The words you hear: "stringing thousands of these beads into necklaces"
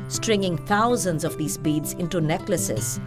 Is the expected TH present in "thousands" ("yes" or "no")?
no